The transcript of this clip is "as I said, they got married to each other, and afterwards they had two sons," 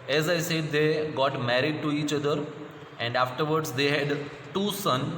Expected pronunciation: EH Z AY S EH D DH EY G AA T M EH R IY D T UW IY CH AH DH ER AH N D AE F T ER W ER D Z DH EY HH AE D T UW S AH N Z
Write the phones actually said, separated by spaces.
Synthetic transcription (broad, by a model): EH Z AY S EH D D EY G AA T M EH R IY D T UW IY CH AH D ER AH N D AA F T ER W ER D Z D EY HH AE D T UW S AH N